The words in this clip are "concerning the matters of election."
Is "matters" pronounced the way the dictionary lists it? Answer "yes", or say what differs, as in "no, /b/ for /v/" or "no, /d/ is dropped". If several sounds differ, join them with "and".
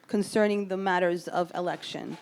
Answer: yes